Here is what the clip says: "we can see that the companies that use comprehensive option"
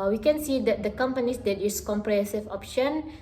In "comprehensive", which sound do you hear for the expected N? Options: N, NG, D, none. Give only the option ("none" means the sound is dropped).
none